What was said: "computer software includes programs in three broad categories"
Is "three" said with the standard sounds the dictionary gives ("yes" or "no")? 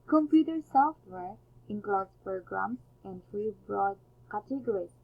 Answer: no